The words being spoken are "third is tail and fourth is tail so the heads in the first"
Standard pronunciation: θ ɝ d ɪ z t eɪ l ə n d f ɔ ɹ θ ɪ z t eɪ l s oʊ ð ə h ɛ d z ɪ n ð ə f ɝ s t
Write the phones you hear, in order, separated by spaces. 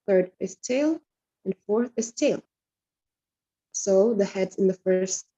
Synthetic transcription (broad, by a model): θ ɝ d ɪ z t eɪ l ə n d f ɔ ɹ θ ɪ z t eɪ l s oʊ ð ə h ɛ d z ɪ n ð ə f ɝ s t